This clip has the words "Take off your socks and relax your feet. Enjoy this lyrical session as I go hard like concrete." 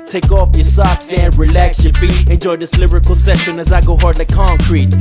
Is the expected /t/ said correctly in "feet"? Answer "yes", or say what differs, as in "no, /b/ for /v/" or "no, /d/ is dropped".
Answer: no, /t/ is dropped